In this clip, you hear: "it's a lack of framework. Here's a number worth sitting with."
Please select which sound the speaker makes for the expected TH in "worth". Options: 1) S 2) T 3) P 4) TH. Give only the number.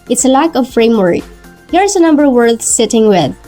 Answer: 1